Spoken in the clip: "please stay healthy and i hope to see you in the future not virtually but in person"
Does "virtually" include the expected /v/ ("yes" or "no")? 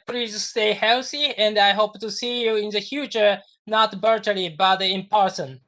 no